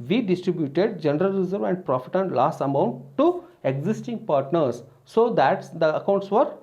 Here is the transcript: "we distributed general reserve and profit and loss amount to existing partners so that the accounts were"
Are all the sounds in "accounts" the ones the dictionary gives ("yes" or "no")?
yes